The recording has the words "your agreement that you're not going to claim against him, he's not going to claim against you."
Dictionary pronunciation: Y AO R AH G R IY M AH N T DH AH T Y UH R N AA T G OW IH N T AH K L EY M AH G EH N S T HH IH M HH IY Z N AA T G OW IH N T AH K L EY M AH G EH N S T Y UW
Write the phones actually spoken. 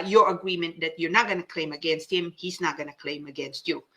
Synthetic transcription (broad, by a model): Y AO R AH G R IY M AH N T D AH T Y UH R N AA T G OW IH N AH K L EY M AH G EH N S T HH IH M HH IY S N AA T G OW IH N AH K L EY M AH G EH N S T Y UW